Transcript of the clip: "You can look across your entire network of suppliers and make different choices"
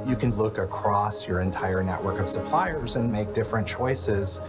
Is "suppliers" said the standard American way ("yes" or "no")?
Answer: yes